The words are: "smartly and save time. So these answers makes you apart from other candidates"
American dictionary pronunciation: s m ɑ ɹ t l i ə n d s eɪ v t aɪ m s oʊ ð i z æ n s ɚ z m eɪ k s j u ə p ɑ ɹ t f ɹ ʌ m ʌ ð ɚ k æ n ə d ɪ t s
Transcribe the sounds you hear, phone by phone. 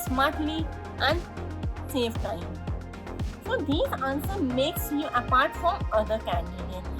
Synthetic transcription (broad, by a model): s m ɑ ɹ t l i ə n d s eɪ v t aɪ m s oʊ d i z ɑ n s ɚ m eɪ k s j u ə p ɑ ɹ t f ɹ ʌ m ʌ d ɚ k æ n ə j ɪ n